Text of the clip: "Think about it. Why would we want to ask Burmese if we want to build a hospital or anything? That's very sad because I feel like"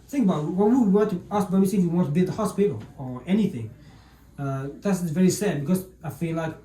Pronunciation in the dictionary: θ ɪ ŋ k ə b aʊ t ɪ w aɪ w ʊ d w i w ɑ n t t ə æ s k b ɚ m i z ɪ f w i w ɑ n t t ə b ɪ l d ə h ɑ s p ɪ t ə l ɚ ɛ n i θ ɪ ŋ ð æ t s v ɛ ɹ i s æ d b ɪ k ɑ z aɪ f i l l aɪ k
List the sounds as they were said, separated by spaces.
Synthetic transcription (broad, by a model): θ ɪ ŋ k ə b aʊ t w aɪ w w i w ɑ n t t ə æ s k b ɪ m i s ɪ f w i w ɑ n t t ə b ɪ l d ə h ɑ s p ɪ t ə l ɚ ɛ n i θ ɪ ŋ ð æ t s v ɛ ɹ i s æ d b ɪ k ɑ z aɪ f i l l aɪ k